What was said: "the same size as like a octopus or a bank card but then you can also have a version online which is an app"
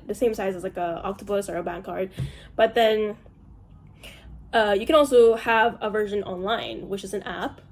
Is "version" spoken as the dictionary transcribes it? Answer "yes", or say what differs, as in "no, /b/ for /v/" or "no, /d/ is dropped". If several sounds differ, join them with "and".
yes